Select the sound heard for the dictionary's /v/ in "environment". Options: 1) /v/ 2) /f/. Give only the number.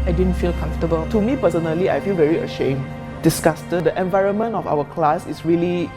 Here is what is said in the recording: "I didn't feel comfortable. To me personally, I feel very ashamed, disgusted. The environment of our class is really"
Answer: 1